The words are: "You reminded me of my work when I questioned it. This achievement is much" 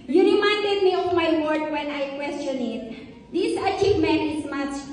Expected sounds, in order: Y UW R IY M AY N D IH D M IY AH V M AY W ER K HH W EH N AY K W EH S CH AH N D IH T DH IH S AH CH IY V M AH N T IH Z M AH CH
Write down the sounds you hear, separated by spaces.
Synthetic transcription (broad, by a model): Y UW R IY M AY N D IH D M IY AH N M AY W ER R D W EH N AY K W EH S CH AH N IH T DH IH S AH CH IY V M AH N T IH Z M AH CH